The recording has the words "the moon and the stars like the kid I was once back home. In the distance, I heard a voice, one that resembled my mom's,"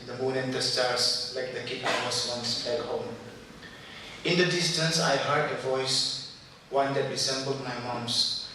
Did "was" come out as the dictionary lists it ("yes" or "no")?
no